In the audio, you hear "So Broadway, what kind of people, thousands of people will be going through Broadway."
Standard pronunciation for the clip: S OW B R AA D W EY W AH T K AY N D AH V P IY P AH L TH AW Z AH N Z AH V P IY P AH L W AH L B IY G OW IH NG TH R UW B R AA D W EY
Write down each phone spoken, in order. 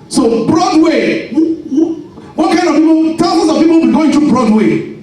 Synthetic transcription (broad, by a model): S OW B R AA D W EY W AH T K AY N D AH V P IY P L T AW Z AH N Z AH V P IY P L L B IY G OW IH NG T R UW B R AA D W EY